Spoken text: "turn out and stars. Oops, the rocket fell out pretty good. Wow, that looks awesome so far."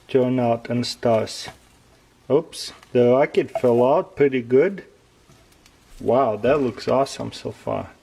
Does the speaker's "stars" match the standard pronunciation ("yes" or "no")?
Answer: no